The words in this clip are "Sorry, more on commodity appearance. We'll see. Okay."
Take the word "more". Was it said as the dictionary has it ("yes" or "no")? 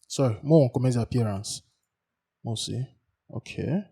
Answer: no